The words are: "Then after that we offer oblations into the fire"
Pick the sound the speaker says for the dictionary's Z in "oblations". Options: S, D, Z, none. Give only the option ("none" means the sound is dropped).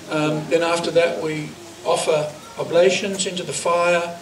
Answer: Z